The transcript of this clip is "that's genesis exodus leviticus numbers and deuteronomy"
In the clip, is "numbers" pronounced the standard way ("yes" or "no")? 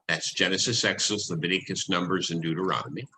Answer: yes